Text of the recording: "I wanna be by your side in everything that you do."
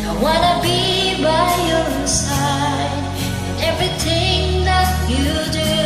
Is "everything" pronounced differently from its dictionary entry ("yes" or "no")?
no